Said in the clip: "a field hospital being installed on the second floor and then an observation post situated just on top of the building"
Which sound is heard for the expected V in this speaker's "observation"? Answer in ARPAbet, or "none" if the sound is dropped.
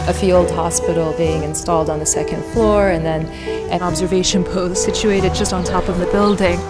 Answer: V